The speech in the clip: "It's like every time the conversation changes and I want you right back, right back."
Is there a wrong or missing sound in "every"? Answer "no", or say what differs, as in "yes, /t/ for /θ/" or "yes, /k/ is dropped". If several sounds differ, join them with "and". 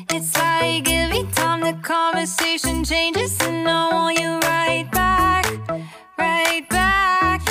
yes, /ɹ/ is dropped